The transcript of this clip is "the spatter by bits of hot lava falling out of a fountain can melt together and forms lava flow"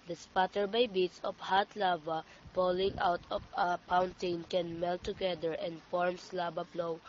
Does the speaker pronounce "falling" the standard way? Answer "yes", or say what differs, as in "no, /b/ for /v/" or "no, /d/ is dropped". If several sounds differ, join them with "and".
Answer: no, /p/ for /f/